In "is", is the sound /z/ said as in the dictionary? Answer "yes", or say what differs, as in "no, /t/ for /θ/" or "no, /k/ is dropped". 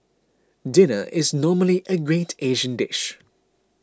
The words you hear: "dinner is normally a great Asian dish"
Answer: yes